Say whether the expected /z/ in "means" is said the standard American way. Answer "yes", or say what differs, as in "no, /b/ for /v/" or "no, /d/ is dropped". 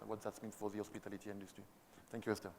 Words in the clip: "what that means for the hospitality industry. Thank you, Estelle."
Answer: no, /z/ is dropped